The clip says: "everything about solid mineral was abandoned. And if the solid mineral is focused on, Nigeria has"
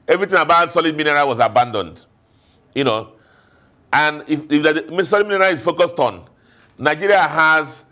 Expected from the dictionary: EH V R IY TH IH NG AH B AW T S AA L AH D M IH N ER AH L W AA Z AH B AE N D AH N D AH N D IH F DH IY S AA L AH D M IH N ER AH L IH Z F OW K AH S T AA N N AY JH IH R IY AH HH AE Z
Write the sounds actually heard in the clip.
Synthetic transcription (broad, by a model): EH V R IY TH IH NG AH B AW T S AA L AH D M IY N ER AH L W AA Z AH B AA N D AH N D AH N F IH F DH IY S AA L AH D M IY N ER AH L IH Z F OW K AH S T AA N N AY JH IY R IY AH HH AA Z